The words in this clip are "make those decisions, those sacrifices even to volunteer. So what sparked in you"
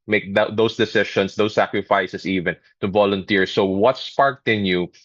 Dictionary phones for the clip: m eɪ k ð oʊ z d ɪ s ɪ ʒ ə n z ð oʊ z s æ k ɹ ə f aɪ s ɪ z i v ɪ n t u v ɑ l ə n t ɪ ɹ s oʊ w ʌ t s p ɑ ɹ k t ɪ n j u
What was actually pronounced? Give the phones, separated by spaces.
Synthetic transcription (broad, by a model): m eɪ k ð oʊ s d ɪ s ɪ ʃ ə n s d oʊ s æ k ɹ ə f aɪ s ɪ s i v ɪ n t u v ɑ l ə n t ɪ ɹ s oʊ w ʌ t s p ɑ ɹ k t ɪ n j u